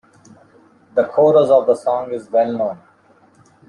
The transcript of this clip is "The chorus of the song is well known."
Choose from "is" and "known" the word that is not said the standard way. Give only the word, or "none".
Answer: none